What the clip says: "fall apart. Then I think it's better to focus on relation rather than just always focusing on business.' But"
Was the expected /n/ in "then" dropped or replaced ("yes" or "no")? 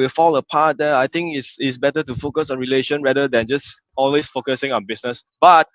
yes